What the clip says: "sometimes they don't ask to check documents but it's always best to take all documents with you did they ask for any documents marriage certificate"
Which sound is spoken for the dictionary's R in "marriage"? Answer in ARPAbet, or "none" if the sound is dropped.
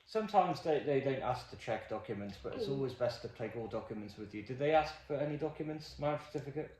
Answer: none